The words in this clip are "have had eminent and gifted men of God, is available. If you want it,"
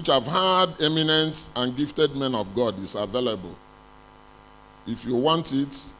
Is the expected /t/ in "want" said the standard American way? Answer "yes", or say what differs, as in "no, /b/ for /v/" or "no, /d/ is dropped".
yes